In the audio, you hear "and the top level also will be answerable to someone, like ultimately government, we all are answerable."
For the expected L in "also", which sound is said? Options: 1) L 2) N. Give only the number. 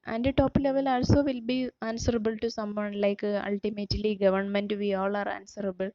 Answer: 1